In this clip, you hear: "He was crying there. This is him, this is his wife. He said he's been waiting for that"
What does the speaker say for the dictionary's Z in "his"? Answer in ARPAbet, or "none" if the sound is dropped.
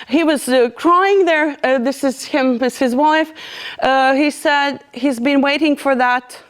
Z